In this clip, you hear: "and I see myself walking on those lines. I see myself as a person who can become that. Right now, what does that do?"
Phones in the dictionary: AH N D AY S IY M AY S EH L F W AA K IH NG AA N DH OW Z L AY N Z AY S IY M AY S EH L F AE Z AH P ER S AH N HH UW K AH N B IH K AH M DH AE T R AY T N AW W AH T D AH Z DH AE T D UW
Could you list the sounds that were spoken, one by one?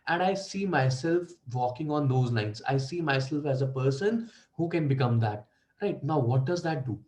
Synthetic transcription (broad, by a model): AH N D AY S IY M AY S EH L F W AA K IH NG AA N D OW Z N AY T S AY S IY M AY S EH L F AE Z AH P ER S AH N HH UW K AH N B IH K AH M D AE T R AY T N AW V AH T D AH Z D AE T D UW